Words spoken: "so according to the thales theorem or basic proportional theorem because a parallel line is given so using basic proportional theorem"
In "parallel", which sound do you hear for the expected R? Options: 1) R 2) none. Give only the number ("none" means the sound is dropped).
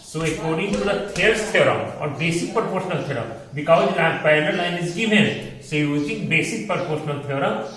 2